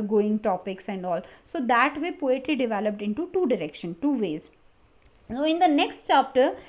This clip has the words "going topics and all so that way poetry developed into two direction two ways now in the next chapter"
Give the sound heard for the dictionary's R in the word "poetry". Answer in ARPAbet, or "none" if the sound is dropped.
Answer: L